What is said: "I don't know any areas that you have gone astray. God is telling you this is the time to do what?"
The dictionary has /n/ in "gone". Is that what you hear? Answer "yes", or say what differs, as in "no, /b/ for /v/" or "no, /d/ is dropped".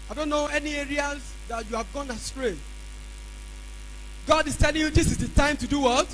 yes